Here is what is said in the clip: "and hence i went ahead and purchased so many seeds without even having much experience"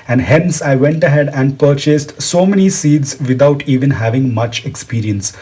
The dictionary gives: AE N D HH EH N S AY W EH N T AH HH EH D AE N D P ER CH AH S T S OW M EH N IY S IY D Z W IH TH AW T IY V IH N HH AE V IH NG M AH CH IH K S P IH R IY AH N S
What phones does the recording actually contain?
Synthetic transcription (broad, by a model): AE N D HH EH N S AY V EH N T AH HH EH D AE N D P ER CH AH S T S OW M EH N IY S IY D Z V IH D AW T IY V IH N HH AE V IH NG M AH CH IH K S P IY R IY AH N S